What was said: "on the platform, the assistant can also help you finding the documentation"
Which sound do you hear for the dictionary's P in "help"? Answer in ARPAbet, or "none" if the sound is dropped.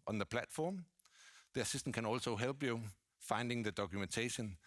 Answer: B